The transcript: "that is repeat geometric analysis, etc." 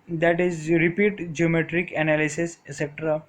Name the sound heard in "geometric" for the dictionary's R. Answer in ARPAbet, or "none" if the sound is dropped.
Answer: R